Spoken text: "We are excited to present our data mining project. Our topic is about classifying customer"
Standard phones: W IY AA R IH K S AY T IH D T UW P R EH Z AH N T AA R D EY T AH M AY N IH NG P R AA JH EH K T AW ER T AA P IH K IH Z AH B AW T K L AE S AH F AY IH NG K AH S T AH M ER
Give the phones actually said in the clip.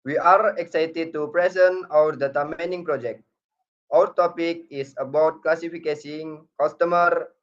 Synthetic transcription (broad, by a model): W IY AA R IH K S AY T IH D T UW P R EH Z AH N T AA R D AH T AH M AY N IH NG P R AA JH EH K T AW ER T AA P IH K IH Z AH B AW T K L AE S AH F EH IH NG K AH S T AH M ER